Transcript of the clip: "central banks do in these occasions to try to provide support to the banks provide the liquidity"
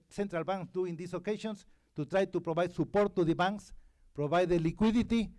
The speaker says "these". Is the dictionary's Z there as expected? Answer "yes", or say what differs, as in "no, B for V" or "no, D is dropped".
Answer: no, S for Z